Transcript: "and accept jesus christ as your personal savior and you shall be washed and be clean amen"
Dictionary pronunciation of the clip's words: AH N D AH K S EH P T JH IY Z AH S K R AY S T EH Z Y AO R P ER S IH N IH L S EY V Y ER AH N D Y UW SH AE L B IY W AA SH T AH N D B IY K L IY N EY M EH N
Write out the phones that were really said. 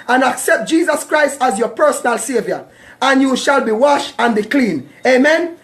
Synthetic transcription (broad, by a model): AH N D AH K S EH P T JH IY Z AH S K R AY S T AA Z Y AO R P ER S IH N IH L S EY V Y ER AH N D Y UW SH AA L B IY W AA SH AH N B IY K L IY N EY M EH N